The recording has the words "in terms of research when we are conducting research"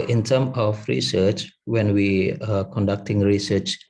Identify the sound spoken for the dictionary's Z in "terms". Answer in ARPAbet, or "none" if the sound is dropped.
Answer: none